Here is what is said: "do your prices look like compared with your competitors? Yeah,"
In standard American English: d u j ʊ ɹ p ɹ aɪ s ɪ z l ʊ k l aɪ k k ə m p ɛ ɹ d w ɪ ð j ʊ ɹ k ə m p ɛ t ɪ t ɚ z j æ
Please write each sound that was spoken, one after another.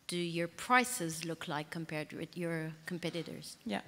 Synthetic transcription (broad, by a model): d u j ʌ ɹ p ɹ aɪ s ɪ z l ʊ k l aɪ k k ə m p ɛ ɹ d w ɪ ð j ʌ ɹ k ə m p ɛ t ɪ t ɚ z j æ